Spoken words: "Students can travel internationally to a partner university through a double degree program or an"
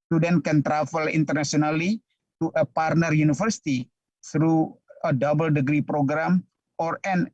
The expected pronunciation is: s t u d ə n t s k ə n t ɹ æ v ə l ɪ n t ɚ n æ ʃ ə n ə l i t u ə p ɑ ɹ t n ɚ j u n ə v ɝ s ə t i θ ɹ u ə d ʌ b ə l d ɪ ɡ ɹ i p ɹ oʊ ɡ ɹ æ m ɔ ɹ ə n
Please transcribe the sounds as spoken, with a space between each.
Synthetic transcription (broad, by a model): s t u d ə n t k ə n t ɹ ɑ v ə l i n t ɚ n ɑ s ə n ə l i t u ə p ɑ ɹ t n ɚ j u n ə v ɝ s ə t i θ ɹ u ə d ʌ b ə l d ɪ ɡ ɹ i p ɹ oʊ ɡ ɹ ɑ m ɔ ɹ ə n